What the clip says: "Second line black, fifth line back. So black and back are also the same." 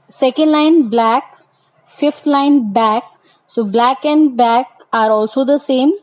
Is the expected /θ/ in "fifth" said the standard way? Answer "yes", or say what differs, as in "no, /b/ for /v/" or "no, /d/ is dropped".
no, /t/ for /θ/